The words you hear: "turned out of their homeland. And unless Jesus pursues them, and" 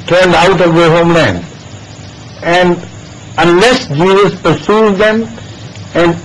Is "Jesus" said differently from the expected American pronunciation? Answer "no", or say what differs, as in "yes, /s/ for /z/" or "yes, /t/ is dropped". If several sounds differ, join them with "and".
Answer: no